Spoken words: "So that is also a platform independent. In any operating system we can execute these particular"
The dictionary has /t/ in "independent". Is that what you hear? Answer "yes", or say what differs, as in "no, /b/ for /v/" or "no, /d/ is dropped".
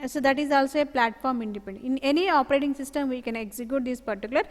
no, /t/ is dropped